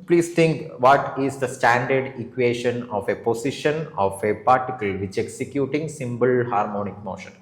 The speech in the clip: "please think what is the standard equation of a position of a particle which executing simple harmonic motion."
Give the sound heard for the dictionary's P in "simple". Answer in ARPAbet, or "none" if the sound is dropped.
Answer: B